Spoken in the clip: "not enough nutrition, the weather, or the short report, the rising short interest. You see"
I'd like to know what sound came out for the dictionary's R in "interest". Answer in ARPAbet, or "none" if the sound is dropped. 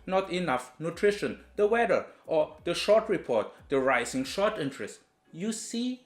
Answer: R